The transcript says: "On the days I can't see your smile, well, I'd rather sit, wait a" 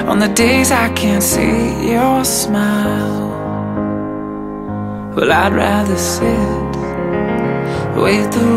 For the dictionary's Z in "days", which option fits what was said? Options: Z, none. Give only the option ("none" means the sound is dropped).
Z